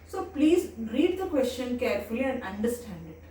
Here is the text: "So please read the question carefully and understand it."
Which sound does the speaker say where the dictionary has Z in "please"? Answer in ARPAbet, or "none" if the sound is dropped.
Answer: Z